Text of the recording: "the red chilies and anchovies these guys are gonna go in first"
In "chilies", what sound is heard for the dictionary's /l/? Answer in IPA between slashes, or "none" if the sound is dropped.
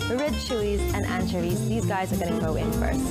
none